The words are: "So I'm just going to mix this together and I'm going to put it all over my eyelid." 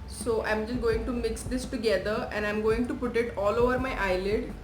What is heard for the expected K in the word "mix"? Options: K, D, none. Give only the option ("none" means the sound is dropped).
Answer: K